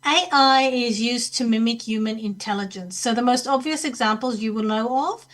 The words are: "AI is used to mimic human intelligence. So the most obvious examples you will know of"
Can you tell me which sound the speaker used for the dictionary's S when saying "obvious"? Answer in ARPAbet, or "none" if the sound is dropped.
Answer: S